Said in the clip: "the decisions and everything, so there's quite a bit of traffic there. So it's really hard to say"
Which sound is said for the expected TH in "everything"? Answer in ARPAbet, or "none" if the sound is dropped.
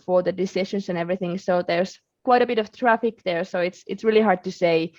TH